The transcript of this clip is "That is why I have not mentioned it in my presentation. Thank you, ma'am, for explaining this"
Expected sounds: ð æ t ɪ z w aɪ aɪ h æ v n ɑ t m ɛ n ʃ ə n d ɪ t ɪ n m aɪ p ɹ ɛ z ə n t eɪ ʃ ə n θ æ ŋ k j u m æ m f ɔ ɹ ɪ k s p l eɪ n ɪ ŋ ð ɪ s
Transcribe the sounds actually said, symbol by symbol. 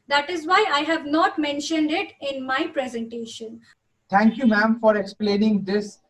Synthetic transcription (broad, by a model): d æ t ɪ z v aɪ aɪ h æ v n ɑ t m ɛ n ʃ ə n d ɪ t ɪ n m aɪ p ɹ ɛ z ə n t eɪ ʃ ə n t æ ŋ k j u m æ m f ɔ ɹ ɪ k s p l eɪ n ɪ ŋ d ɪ s